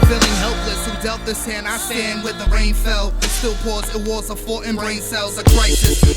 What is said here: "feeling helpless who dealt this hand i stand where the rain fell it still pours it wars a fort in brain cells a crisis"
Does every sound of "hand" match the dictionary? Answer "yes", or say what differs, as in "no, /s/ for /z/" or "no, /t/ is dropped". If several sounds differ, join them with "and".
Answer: no, /d/ is dropped